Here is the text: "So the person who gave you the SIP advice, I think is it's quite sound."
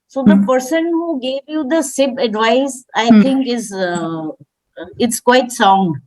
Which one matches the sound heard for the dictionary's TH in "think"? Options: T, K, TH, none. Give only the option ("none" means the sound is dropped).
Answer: T